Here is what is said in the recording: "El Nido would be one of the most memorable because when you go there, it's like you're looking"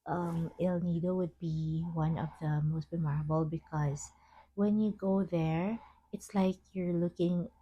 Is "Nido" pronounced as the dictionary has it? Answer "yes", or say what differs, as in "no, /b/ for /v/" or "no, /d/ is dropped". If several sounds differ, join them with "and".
yes